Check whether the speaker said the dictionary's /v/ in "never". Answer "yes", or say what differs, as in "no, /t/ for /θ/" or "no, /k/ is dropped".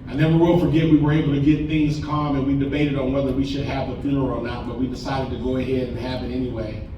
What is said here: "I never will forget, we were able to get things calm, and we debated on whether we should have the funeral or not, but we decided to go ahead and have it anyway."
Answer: no, /w/ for /v/